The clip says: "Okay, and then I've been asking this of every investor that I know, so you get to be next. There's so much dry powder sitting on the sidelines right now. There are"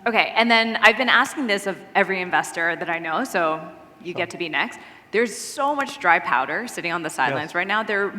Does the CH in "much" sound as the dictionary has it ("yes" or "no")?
yes